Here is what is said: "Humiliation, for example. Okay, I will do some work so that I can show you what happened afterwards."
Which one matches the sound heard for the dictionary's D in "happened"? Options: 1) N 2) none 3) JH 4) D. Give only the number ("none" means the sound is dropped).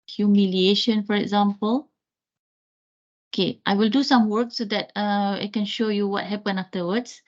2